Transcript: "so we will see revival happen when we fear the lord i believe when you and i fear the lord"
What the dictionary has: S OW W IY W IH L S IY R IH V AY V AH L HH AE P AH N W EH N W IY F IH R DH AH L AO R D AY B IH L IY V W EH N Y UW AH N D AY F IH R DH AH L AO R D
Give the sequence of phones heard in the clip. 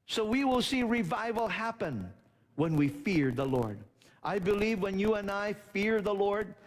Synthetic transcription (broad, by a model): S OW W IY W IH L S IY R IH V AY V AH L HH AE P AH N W EH N W IY F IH R DH AH L AO R D AY B IH L IY V W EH N Y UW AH N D AY F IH R DH AH L AO R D